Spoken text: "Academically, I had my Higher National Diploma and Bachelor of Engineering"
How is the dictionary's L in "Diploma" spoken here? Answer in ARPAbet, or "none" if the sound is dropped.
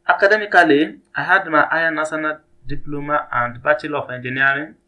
L